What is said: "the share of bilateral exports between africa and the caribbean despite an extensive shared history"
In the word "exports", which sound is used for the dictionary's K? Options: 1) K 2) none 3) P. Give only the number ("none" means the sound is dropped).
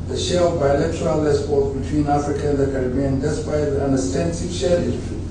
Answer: 2